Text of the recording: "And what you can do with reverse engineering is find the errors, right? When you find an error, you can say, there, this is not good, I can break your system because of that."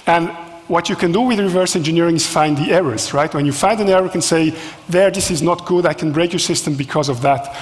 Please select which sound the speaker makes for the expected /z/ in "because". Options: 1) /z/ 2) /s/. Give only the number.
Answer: 1